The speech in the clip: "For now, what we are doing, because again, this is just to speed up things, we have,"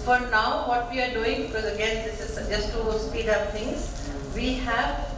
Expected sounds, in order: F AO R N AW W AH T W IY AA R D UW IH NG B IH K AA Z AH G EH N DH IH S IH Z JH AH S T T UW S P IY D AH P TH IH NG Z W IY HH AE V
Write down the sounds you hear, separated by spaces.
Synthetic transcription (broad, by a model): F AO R N AW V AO T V IY AA R D UW IH NG B IH K AA Z AH G EH N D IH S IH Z JH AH S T T UW S P IY D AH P T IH NG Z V IY HH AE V